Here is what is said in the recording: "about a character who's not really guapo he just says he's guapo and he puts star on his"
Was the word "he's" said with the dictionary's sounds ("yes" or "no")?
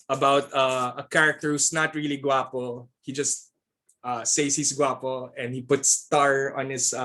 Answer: no